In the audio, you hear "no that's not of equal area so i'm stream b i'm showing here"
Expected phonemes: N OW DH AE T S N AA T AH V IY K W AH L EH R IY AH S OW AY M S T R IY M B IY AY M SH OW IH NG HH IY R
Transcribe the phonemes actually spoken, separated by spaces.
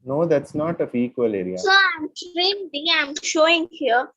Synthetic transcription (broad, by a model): N OW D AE T S N AA T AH F IY K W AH L EH R IY AH S OW AY M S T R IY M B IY AY M SH OW IH NG HH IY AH